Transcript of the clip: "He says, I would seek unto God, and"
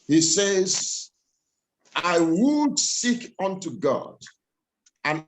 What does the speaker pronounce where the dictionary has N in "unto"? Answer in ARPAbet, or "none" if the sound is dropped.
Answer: N